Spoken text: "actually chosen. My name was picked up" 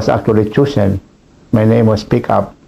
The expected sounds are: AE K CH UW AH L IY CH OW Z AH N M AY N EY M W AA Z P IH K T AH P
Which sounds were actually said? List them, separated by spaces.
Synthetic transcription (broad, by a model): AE K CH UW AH L IY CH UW S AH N M AY N EY M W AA S P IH K AH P